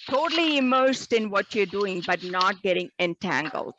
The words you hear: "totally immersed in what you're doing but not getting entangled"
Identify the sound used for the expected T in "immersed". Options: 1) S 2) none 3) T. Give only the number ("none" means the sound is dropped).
3